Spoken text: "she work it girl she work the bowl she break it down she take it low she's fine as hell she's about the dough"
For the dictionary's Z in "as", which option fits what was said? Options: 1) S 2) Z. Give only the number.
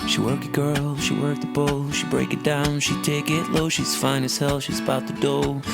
1